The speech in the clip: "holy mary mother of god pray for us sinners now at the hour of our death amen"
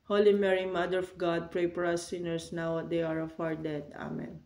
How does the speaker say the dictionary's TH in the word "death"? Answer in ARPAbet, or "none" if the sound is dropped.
T